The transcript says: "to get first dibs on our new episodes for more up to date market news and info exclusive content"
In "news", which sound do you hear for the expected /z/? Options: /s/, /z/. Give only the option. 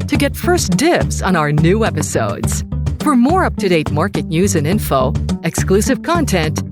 /z/